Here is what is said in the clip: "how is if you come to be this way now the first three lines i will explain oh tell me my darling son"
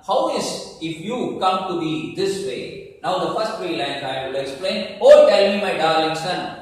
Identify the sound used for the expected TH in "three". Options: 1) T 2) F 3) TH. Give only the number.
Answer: 2